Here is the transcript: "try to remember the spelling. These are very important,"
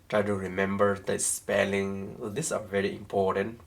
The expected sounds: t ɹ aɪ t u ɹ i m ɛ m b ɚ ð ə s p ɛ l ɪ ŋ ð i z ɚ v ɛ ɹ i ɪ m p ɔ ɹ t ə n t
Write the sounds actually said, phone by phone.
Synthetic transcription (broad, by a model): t ɹ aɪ t u ɹ i m ɛ m b ɚ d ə s p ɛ l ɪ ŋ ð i s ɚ v ɛ ɹ i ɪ m p ɔ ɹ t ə n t